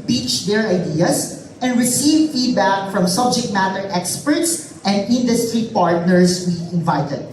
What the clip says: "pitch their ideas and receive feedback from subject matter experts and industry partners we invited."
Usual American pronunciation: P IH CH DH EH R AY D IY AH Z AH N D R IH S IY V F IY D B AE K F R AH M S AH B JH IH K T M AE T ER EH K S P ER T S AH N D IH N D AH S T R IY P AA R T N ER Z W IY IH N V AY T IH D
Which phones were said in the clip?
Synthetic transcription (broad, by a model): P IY CH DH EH R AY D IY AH S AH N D R IH S IY V F IY D B AE K F R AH M S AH B JH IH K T M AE T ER EH K S P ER T S AH N D IH N D AH S T R IY P AA R T N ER S W IY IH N V AY T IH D